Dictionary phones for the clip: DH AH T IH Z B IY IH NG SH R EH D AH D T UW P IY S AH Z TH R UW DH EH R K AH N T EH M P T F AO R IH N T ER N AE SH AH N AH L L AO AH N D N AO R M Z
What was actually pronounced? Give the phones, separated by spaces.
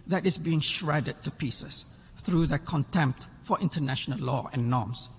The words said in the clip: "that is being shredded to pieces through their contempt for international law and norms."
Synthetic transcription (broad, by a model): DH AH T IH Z B IY IH NG SH R EH D AH D T UW P IY S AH S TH R UW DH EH K AH N T EH M P T F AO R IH N T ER N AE SH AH N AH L L AO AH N N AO M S